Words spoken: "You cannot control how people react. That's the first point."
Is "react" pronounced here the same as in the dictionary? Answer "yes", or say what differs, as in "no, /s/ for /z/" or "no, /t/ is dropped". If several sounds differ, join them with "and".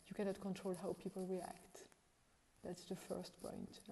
yes